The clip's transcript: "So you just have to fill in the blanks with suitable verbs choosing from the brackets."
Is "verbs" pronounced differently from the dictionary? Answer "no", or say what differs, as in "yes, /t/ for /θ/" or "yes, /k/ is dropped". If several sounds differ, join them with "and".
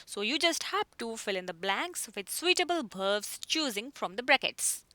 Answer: yes, /b/ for /v/